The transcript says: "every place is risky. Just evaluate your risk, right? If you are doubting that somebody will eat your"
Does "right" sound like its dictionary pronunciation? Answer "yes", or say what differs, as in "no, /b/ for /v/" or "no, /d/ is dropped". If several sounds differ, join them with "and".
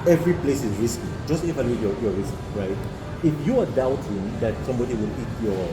yes